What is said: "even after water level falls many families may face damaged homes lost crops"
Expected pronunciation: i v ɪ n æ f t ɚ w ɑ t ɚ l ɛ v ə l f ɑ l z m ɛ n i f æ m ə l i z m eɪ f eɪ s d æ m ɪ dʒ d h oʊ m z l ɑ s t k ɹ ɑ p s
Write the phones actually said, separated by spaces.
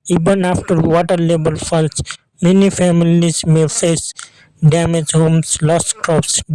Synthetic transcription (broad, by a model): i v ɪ n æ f t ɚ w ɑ t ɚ l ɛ b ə l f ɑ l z m ɛ n i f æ m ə l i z m eɪ f eɪ s d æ m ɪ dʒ h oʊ m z l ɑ s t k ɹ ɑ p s